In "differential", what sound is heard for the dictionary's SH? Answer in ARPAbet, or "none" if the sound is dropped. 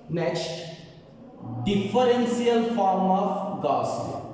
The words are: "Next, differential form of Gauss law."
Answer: S